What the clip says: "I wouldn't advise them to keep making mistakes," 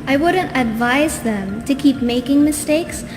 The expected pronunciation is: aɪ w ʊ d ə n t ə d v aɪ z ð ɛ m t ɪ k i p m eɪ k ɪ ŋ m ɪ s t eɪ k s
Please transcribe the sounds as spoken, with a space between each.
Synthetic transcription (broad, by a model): aɪ w ʊ d ə n t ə d v aɪ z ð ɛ m t ɪ k i p m eɪ k ɪ ŋ m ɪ s t eɪ k s